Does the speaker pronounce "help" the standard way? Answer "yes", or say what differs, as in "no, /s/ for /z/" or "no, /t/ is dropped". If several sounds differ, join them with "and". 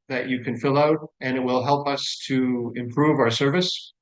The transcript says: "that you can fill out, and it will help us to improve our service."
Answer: yes